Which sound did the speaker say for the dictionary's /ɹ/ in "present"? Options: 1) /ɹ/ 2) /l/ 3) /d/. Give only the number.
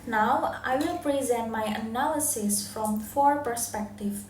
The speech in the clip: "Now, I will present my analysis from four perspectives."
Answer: 1